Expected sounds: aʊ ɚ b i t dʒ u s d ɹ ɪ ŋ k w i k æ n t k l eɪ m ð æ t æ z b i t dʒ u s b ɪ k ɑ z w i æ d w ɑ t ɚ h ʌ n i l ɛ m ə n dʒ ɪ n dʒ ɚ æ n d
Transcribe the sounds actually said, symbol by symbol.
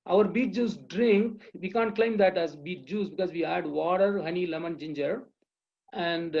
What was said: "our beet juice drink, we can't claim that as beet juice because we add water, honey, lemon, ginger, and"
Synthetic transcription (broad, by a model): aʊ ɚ b i t dʒ u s d ɹ ɪ ŋ k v i k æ n t k l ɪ m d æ t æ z b i t dʒ u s b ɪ k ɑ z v i æ d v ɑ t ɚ h ʌ n i l ɛ m ə n dʒ ɪ n dʒ ɚ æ n d